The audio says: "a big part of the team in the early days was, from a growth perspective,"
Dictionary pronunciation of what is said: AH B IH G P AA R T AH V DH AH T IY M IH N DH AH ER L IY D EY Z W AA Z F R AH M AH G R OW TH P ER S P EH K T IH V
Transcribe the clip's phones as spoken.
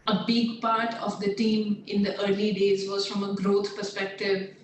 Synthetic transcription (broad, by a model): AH B IH G P AA R T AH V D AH T IY M IH N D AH ER L IY D EY Z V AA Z F R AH M AH G R OW T P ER S P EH K T IH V